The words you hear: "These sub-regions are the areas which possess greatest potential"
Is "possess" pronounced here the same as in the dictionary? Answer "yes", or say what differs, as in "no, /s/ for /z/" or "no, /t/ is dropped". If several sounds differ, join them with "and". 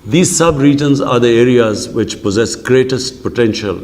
yes